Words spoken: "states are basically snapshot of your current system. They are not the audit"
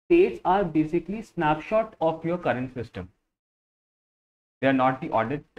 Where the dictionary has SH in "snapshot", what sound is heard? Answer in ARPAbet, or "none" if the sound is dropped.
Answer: SH